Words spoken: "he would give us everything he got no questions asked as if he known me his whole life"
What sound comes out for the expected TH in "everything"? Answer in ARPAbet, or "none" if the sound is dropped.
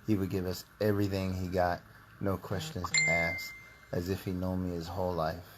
TH